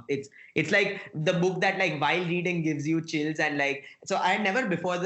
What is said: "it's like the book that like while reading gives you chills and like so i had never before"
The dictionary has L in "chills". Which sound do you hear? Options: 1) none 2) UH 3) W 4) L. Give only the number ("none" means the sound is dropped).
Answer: 4